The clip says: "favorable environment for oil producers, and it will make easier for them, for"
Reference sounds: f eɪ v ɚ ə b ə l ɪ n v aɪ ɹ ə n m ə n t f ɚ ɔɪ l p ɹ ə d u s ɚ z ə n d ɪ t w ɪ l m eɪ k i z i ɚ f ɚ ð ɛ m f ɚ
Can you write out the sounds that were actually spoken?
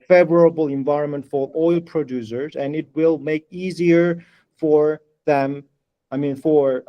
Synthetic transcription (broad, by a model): f eɪ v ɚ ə b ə l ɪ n v aɪ ɹ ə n m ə n t f ɚ ɔɪ l p ɹ ə d u s ɚ z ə n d ɪ t w ɪ l m eɪ k i z i ɚ f ɚ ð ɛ m f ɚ